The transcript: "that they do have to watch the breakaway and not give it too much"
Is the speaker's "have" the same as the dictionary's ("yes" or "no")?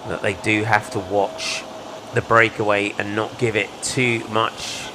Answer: no